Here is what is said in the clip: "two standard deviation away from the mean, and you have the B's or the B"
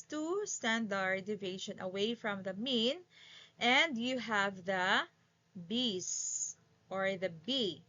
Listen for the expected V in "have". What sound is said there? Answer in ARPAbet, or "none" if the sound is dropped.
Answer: V